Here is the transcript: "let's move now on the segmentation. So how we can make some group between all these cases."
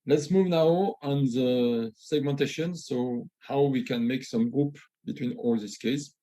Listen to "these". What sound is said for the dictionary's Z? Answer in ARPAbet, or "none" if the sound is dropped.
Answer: S